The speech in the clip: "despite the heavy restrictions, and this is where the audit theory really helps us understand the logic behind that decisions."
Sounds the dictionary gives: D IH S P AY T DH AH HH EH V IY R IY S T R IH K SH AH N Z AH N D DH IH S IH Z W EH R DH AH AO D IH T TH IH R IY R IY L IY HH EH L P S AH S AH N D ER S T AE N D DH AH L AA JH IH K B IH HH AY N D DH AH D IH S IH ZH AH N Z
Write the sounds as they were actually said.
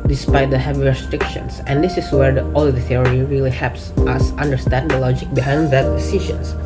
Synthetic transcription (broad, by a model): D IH S P AY T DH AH HH EH V IY R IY S T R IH K SH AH N S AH N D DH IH S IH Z W EH R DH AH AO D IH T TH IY R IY R IY L IY HH EH L P S AH S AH N D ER S T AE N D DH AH L AA JH IH K B IH HH AY N D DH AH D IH S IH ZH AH N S